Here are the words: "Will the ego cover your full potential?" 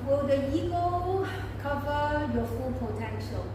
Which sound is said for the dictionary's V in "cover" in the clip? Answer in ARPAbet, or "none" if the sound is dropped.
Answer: V